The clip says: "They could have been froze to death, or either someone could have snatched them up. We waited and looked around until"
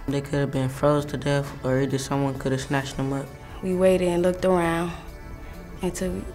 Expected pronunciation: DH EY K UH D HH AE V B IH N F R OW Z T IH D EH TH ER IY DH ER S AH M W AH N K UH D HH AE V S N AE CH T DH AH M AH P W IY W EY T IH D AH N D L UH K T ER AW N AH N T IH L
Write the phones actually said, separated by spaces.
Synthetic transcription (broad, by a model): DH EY K UH D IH V B IH N F R OW Z T IH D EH F ER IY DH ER S AH M W AH N K UH D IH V S N AE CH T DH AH M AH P W IY W EY T IH D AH N L UH K T ER AW N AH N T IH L